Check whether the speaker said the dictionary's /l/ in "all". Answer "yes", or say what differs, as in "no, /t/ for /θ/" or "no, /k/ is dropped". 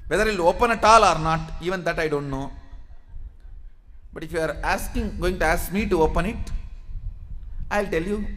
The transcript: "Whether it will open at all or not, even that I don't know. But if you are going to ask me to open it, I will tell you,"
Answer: yes